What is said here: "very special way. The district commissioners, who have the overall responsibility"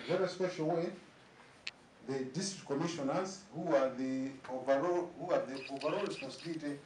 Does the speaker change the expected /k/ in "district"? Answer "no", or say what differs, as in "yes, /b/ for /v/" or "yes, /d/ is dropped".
yes, /k/ is dropped